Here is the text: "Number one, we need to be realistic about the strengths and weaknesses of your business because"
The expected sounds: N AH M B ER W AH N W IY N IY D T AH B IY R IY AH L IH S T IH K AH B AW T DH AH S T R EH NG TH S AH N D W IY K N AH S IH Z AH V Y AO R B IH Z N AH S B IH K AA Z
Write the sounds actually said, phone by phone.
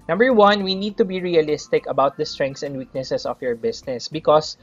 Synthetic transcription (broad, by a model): N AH M B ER W AH N W IY N IY D T AH B IY R IY AH L IH S T IH K AH B AW T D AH S T R EH NG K S AH N D W IY K N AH S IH S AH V Y AO R B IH S N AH S B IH K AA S